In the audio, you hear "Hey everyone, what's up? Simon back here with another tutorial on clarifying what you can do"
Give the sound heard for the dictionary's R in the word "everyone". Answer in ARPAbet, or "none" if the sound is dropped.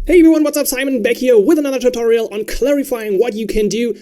none